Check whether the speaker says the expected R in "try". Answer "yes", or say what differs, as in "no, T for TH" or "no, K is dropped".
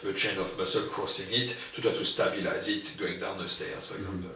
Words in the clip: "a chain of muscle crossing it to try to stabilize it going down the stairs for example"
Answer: no, R is dropped